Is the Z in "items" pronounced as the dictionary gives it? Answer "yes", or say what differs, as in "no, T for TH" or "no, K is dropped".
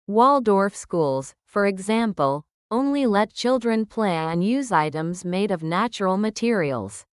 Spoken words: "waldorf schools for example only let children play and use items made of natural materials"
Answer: yes